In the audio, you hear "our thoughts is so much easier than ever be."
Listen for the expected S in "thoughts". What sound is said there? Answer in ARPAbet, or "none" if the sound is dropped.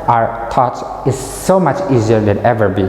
none